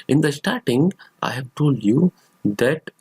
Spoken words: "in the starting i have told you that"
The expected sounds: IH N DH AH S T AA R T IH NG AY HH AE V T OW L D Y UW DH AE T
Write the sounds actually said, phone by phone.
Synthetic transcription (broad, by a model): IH N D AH S T AA R T IH NG AY HH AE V T OW L D Y UW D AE T